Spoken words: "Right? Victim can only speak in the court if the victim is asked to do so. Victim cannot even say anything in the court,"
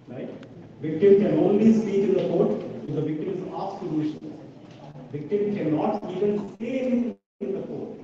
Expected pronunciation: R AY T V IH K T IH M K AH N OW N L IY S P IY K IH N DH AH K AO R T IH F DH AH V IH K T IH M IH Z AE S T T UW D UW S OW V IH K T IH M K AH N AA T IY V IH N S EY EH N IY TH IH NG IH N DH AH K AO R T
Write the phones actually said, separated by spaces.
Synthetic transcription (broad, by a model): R AY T V IH K T IH M K AH N OW N L IY S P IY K IH N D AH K AO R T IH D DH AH V IH K T IH M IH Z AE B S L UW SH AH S V IH K T IH M K AH N AA T IY V IH N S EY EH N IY S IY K IH N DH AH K AO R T